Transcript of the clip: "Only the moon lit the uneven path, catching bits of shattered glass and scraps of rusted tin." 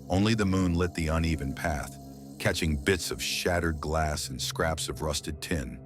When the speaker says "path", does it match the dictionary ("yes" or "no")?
yes